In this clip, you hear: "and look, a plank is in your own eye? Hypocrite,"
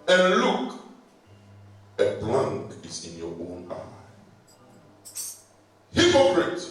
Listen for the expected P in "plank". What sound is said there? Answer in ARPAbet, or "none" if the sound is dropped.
B